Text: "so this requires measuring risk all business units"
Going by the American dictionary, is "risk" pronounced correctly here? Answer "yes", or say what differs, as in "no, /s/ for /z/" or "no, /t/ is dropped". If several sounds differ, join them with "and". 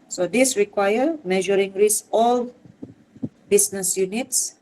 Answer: no, /k/ is dropped